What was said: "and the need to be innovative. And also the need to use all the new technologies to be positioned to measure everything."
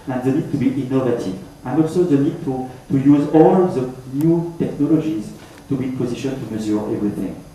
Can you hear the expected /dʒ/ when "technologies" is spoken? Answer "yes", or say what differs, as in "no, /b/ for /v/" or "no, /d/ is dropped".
yes